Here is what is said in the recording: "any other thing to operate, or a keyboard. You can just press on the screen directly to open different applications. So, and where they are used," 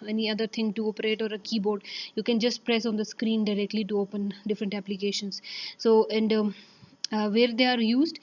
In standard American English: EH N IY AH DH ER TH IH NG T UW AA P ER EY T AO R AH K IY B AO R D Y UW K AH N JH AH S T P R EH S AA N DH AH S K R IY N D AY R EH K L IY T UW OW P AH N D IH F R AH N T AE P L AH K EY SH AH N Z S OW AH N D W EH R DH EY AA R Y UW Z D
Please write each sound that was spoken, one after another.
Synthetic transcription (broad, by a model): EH N IY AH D ER T IH NG T UW AA P ER EY T AO R AH K IY B AO R D Y UW K AH N JH AH S T P R EH S AA N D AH S K R IY N D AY R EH K L IY T UW OW P AH N D IH F R AH N T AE P L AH K EY SH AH N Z S OW AH N D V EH R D EY AA R Y UW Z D